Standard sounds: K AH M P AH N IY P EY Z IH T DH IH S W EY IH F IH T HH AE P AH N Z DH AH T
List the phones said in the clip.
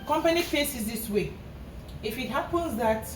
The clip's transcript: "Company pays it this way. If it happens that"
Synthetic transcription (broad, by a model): K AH M P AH N IY F EY S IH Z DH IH S W EY IH F IH T HH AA P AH N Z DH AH T